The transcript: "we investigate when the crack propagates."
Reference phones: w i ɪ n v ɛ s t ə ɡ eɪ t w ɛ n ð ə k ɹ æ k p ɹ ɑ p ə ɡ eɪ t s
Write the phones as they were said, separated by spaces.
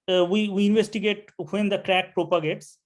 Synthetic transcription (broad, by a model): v i ɪ n v ɛ s t ə ɡ eɪ t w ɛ n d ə k ɹ æ k p ɹ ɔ p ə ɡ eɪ t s